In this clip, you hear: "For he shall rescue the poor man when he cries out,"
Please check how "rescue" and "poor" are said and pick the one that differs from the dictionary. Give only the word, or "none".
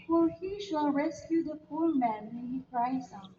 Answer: poor